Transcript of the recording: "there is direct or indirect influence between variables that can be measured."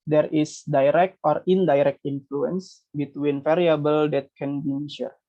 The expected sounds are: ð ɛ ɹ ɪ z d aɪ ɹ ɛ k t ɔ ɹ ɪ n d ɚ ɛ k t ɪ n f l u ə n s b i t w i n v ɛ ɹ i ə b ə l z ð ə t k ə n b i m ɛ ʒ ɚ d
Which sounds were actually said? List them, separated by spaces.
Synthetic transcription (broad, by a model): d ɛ ɹ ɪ s d aɪ ɹ ɛ k t ɔ ɹ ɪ n d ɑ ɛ k t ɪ n f l u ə n s b i t w i n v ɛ ɹ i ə b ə l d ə t k ə n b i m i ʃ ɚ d